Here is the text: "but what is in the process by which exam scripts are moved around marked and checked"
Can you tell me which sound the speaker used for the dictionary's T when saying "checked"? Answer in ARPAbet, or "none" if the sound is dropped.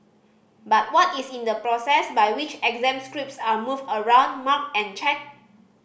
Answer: none